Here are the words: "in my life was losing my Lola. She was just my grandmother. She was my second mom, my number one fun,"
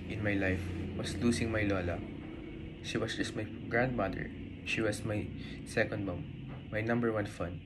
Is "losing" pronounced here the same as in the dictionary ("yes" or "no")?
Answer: no